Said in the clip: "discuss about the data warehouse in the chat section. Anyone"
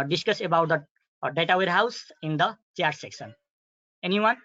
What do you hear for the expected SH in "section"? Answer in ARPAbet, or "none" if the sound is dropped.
S